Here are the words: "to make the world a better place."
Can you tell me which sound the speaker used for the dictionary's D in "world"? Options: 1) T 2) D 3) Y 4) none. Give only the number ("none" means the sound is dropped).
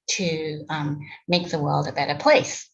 2